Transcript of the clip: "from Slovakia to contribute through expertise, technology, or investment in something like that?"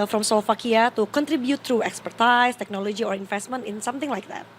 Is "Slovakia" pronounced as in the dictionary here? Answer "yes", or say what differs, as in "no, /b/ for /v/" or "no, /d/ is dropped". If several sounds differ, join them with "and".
no, /f/ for /v/